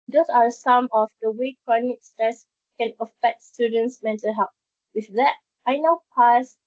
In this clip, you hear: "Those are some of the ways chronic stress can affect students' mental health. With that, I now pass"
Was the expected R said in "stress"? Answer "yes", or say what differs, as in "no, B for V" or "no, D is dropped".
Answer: yes